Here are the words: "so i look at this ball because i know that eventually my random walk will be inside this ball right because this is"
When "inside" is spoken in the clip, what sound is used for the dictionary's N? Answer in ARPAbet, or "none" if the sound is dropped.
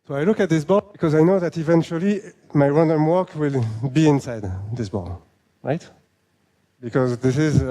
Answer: N